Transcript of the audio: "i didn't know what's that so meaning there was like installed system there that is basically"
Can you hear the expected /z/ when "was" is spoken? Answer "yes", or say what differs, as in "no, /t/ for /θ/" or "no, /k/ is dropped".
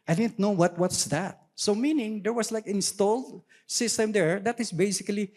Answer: no, /s/ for /z/